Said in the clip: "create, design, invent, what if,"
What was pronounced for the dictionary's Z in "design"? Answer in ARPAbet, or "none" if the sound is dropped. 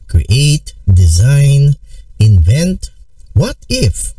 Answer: Z